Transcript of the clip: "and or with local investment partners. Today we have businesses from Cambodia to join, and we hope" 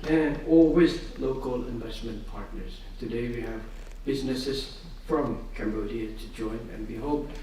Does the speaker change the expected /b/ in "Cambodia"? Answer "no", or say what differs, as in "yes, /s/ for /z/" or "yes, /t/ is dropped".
no